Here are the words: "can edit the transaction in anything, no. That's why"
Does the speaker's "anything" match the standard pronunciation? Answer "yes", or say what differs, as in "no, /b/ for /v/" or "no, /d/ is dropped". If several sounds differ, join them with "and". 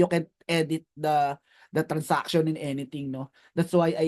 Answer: no, /t/ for /θ/